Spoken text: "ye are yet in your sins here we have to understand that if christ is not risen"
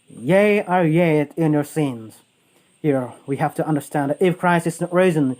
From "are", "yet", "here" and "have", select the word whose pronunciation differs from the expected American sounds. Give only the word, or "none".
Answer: have